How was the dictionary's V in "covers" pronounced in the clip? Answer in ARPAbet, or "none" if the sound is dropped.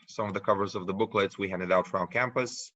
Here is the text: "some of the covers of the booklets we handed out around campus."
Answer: V